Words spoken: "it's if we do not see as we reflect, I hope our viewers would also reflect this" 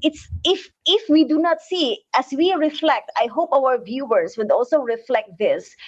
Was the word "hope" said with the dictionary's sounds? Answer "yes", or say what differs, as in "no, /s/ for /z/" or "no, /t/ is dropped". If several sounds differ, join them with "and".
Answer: yes